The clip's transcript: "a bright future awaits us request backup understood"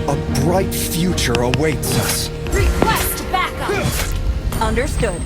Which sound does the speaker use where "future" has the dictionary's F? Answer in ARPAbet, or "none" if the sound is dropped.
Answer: F